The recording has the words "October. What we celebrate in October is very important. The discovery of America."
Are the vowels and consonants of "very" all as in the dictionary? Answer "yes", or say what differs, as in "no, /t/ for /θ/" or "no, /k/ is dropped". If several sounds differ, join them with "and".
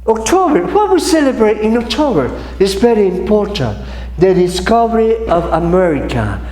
no, /b/ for /v/